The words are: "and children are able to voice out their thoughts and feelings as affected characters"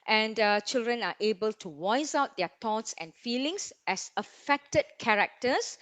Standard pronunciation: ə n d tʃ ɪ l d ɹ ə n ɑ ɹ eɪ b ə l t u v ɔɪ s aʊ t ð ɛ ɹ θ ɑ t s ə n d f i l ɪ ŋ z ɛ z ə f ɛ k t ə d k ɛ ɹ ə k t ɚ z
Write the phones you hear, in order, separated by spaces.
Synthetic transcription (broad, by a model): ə n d tʃ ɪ l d ɹ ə n ɑ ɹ eɪ b ə l t u w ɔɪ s aʊ t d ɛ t ɑ t s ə n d f i l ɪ ŋ s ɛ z ə f ɛ k t ə d k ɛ ɹ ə k t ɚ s